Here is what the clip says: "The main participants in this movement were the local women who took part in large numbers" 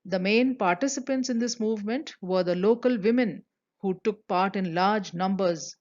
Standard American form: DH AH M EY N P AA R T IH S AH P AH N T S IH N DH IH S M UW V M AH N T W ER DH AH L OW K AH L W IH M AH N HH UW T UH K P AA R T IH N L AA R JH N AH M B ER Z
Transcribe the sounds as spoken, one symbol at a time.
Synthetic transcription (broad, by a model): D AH M EY N P AA R T IH S AH P AH N T S IH N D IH S M UW V M AH N T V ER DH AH L OW K AH L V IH M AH N HH UW T UH K P AA R T IH N L AA R JH N AH M B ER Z